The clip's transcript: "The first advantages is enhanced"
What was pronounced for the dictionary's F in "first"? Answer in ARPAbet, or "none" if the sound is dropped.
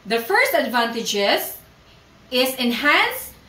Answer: F